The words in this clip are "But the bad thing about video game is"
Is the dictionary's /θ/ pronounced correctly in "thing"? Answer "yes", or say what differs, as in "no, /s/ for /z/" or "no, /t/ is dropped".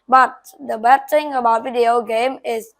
no, /t/ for /θ/